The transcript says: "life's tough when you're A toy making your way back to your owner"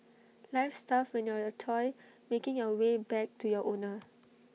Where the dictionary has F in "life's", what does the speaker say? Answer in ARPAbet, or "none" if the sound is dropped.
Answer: F